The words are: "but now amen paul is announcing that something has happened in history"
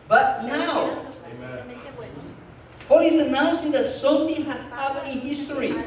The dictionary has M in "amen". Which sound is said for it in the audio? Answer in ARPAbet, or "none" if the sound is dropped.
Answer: none